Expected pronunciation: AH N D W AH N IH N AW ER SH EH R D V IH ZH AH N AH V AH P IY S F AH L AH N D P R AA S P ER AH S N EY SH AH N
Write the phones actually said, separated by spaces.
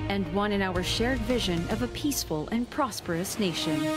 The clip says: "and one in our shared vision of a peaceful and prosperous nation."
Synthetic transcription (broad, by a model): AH N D W AH N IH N AW ER SH EH R D V IH ZH AH N AH V AH P IY S F AH L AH N P R AA S P ER AH S N EY SH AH N